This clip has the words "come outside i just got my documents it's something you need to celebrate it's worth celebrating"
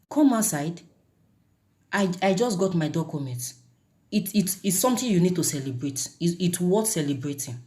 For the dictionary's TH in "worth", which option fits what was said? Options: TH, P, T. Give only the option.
T